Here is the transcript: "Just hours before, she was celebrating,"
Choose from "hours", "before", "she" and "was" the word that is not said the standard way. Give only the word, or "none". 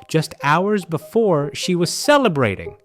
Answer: none